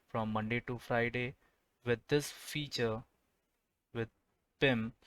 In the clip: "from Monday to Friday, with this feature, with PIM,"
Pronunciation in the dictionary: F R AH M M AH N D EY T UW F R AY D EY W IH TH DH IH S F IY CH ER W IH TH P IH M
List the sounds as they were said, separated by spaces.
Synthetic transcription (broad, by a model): F R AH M M AH N D EY T UW F R AY D EY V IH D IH S F IY CH ER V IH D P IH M